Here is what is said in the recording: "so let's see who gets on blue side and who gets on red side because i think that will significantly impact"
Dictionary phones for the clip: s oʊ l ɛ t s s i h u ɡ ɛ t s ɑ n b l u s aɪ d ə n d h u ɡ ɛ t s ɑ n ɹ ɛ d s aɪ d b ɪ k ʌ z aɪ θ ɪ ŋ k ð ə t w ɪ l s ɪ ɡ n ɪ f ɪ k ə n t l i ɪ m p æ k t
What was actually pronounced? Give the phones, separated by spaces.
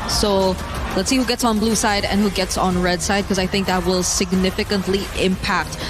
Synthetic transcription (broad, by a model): s oʊ l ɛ t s s i h u ɡ ɛ t s n b l u s aɪ d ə n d h u ɡ ɛ t s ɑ n ɹ ɛ d s aɪ d k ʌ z aɪ θ ɪ ŋ k ð ə t w ɪ l s ɪ ɡ n ɪ f ɪ k ə n t l i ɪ m p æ k t